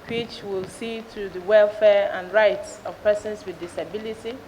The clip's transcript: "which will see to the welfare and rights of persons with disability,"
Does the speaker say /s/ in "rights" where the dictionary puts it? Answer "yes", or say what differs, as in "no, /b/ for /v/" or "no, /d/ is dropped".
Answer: yes